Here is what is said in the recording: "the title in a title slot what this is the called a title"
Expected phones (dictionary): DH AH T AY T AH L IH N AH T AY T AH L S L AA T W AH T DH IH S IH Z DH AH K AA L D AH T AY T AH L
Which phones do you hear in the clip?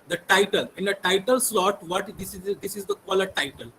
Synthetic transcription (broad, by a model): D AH T AY T AH L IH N AH T AY T AH L S L AA T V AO T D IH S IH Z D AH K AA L AH T AY T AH L